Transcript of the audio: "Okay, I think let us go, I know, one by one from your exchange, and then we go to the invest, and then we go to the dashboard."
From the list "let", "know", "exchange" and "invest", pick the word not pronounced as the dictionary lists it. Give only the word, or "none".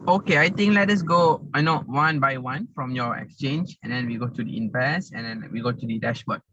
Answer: invest